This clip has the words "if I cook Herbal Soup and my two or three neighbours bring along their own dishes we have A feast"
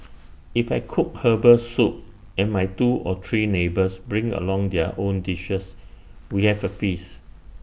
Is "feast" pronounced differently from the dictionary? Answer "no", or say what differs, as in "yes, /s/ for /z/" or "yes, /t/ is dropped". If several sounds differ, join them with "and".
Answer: yes, /t/ is dropped